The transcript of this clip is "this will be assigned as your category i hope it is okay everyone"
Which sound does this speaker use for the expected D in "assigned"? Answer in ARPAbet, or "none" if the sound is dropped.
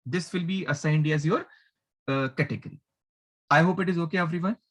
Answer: D